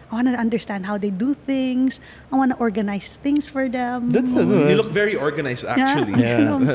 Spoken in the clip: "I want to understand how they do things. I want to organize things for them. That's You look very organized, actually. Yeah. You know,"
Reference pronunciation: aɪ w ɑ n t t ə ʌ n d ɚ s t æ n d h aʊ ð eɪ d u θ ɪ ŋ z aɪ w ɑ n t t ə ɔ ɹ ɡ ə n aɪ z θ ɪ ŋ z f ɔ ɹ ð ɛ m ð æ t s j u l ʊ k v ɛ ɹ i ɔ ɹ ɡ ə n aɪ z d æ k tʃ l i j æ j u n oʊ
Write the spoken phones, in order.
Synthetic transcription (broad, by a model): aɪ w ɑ n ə ʌ n d ɚ s t æ n d h aʊ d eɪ d u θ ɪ ŋ s aɪ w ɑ n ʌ t ɔ ɹ ɡ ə n aɪ s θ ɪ ŋ s f ɔ ɹ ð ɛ m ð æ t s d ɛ l ʊ k v ɛ ɹ i ɔ ɹ ɡ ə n aɪ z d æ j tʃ l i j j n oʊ